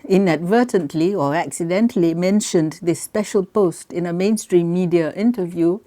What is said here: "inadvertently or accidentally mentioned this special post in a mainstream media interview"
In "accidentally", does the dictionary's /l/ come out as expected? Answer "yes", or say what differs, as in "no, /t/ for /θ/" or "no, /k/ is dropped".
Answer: yes